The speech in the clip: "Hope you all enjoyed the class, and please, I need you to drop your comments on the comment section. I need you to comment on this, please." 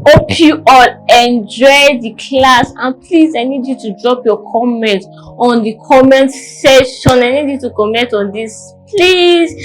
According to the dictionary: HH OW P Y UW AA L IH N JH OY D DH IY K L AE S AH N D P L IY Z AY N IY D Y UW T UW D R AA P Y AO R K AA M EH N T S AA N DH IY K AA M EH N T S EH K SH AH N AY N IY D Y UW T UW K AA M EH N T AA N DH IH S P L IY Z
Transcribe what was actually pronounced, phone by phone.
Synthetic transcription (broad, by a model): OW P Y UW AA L IH N JH OY D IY K L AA S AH N P L IY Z AY N IY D Y UW T UW D R AA P Y AO K AA M EH N T AA N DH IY K AA M EH N T S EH SH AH N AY N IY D Y UW T UW K AA M EH N T AA N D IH S P L IY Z